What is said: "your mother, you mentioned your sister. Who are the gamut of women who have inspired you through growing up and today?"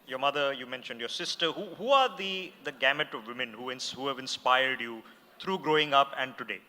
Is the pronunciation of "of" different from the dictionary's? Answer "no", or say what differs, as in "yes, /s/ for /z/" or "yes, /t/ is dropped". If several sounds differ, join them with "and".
no